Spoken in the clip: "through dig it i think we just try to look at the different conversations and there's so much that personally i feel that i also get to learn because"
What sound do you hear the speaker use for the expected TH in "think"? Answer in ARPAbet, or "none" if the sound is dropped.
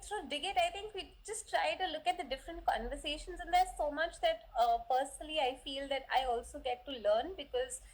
T